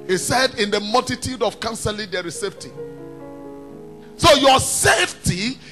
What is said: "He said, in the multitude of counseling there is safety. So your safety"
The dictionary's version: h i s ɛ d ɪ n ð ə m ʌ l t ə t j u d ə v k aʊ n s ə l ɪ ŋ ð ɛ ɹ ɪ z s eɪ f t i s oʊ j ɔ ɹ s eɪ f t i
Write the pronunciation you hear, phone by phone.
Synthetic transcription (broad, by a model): h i s ɛ d ɪ n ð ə m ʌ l t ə t j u d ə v k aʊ n s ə l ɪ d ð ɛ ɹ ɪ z s eɪ f t i s oʊ j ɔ s eɪ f t i